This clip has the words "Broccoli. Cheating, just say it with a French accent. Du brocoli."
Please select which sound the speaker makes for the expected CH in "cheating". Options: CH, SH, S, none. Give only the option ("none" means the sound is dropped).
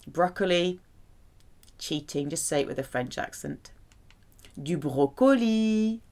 CH